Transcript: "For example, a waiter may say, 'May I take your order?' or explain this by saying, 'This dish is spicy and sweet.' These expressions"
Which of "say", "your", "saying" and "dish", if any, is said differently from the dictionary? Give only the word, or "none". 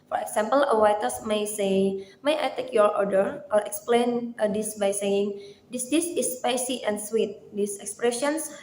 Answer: dish